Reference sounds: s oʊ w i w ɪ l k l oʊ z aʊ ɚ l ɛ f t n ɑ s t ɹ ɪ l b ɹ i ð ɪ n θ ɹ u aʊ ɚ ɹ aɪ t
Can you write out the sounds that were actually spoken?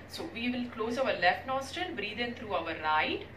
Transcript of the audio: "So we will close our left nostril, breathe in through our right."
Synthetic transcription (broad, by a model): s oʊ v i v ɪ l k l oʊ z aʊ ɚ l ɛ f t n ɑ s t ɪ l b ɹ i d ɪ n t ɹ u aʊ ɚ ɹ aɪ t